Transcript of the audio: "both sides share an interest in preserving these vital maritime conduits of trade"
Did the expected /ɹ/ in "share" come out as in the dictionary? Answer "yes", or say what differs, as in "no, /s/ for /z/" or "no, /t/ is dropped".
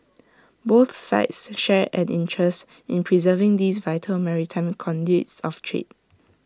yes